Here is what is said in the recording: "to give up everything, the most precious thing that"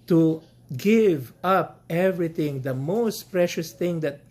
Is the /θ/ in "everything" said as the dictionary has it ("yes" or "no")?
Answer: no